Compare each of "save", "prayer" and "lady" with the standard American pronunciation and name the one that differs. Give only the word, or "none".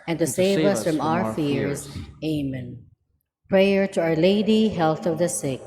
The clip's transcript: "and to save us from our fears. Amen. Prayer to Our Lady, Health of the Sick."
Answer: none